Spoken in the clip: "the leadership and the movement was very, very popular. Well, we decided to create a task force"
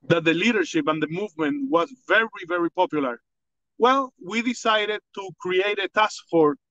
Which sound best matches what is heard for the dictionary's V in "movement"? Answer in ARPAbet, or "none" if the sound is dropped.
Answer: V